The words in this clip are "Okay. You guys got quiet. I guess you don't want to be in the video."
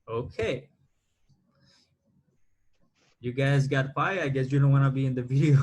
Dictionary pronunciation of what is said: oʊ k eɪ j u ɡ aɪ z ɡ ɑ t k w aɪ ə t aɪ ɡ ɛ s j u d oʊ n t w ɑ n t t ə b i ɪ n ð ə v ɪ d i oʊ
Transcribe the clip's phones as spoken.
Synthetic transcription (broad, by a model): oʊ k eɪ j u ɡ aɪ z ɡ ɑ t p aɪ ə aɪ ɡ ɛ s j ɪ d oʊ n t w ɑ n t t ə b i ɪ n ð ə v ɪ d i oʊ